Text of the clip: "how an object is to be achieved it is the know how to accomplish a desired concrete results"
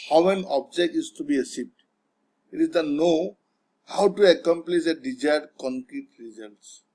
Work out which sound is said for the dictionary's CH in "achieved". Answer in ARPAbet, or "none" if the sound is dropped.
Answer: S